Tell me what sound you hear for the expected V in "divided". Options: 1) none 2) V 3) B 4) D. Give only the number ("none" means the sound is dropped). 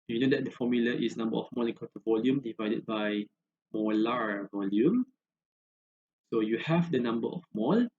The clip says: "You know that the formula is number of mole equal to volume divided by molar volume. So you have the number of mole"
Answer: 2